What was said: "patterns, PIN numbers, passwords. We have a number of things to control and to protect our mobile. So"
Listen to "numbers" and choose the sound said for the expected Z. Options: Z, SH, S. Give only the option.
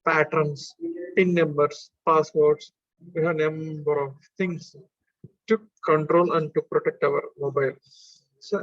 S